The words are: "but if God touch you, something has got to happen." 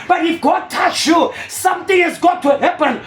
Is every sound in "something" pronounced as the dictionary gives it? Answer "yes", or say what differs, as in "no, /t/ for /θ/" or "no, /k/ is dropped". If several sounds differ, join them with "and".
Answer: no, /t/ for /θ/